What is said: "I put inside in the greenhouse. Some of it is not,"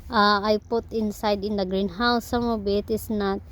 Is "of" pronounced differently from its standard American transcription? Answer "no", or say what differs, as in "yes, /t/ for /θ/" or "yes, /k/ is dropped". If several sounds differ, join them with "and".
yes, /b/ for /v/